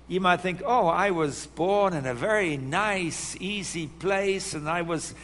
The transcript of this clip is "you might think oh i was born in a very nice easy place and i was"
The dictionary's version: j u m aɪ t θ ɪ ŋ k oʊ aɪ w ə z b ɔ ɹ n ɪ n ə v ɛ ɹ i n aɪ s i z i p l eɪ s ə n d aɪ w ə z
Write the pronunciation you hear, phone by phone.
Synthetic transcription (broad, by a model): j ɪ m aɪ t θ ɪ ŋ k oʊ aɪ w ə z b ɔ ɹ n ɪ n ə v ɛ ɹ i n aɪ s i z i p l eɪ s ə n aɪ w ə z